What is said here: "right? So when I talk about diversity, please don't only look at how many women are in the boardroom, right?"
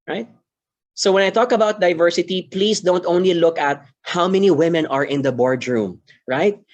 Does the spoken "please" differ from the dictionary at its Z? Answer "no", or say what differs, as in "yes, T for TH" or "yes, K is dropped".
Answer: yes, S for Z